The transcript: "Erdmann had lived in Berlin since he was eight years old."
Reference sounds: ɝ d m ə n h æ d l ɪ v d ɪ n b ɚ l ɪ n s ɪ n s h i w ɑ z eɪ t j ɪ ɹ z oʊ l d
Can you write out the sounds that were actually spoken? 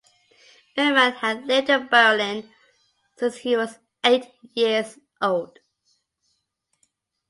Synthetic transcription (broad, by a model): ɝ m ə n h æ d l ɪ d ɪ b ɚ l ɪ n s ɪ n s h i w ɑ z eɪ t j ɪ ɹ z oʊ l d